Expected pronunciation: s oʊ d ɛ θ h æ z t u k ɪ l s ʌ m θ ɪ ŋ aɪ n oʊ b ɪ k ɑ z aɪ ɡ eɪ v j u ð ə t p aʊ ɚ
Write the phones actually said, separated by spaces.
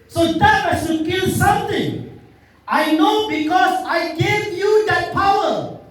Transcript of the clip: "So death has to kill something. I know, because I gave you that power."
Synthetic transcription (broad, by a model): s oʊ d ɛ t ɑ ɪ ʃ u k ɪ l s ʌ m t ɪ ŋ aɪ n oʊ b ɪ k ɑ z aɪ ɡ eɪ v j u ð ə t p aʊ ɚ